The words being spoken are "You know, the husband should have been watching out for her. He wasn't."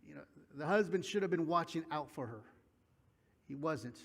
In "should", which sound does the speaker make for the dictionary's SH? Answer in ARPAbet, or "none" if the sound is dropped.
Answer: SH